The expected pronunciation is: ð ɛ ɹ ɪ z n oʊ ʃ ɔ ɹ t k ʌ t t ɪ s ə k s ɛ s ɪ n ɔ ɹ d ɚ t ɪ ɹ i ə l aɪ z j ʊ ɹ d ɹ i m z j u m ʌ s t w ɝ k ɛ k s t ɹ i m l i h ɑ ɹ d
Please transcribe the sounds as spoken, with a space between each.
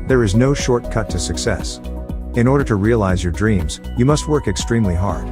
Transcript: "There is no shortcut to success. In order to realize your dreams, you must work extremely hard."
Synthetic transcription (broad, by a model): ð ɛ ɹ ɪ z n oʊ ʃ ɔ ɹ t k ʌ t t ɪ s ə k s ɛ s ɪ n ɔ ɹ d ɚ t ɪ ɹ i ə l aɪ z j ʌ ɹ d ɹ i m z j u m ʌ s t w ɝ k ɛ k s t ɹ i m l i h ɑ ɹ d